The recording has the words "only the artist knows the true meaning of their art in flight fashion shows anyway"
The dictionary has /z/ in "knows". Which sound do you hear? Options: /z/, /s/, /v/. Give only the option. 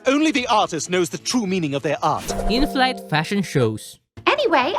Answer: /z/